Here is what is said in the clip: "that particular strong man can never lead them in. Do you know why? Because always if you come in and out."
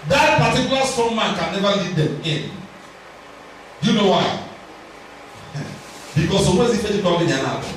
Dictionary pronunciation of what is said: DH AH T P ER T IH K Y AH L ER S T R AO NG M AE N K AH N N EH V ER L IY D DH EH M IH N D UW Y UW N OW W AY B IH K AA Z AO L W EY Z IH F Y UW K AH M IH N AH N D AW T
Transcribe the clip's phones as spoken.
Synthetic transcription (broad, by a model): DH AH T P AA T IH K Y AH L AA S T AO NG M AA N K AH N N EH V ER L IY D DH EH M IH N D Y UW N OW W AY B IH K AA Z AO W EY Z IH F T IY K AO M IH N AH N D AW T